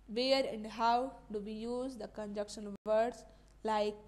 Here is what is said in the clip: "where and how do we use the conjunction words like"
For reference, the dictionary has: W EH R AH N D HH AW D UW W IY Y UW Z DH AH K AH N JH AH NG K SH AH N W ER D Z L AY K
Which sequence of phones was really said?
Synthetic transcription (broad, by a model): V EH R AH N D HH AW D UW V IY Y UW Z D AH K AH N JH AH K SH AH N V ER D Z L AY K